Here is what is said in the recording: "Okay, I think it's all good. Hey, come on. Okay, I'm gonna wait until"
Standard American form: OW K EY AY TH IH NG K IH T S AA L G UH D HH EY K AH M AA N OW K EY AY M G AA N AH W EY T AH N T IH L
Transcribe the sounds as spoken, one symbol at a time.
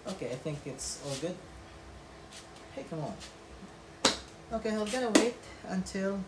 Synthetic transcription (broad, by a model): OW K EY AY TH IH NG K IH T S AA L G UH D HH EY K AH M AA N OW K EY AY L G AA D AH W EY T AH N T IH L